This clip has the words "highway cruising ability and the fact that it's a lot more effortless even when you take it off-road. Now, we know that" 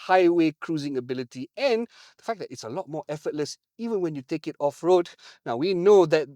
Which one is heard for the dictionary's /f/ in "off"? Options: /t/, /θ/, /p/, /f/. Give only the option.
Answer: /f/